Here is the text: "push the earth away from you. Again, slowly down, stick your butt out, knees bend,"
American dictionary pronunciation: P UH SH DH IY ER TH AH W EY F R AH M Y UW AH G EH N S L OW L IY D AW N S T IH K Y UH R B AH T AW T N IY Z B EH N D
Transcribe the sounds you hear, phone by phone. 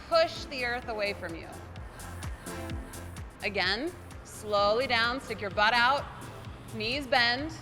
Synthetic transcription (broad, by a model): P UH SH DH IY ER TH AH W EY F R AH M Y UW AH G EH N S L OW L IY D AW N S T IH K Y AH R B AH T AW T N IY Z B EH N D